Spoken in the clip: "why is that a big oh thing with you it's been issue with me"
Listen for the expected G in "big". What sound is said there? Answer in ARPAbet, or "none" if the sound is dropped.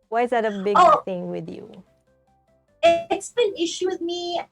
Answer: none